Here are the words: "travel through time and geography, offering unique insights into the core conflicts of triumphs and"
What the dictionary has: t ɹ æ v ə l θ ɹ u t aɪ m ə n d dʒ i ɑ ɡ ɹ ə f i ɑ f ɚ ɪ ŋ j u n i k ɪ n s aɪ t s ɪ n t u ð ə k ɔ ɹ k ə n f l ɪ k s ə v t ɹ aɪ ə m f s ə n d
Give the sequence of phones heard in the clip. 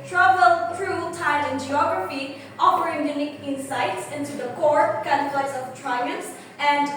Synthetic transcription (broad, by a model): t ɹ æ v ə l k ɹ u t aɪ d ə n dʒ i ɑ ɡ ɹ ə f i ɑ p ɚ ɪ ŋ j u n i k ɪ n s aɪ t s ɪ n t u ð ə k ɔ ɹ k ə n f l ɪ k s ə v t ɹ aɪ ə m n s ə n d